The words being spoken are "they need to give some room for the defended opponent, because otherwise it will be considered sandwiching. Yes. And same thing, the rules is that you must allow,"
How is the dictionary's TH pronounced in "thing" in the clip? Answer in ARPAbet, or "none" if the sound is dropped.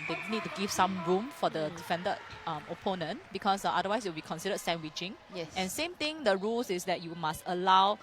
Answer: T